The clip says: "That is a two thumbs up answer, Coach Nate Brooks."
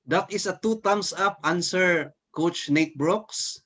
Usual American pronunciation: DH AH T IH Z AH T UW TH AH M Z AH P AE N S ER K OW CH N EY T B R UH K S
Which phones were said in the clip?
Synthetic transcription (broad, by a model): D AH T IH S AH T UW T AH M S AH P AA N S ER K OW CH N EY T B R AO K S